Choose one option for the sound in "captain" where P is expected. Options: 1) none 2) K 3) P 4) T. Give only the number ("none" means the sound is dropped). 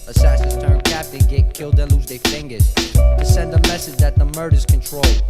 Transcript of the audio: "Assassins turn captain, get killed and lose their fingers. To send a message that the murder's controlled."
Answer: 3